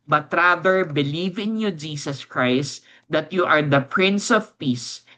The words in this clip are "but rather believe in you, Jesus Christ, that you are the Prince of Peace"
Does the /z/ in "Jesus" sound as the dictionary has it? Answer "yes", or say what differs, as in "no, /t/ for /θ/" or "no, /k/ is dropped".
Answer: no, /s/ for /z/